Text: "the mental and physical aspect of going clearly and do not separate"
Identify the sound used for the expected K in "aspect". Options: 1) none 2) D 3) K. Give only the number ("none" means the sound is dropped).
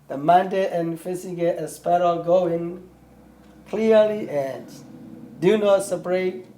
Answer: 1